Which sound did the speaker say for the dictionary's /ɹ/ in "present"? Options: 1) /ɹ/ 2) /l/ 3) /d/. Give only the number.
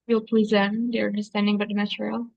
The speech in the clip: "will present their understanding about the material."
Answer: 2